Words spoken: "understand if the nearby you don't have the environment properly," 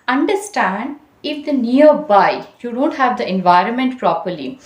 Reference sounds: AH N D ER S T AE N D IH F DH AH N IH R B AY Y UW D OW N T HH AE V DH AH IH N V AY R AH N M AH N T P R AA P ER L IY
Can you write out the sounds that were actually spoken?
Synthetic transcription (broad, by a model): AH N D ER S T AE N D IH F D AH N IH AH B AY Y UW D OW N T HH AE V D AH IH N V AY R AH N M AH N T P R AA P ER L IY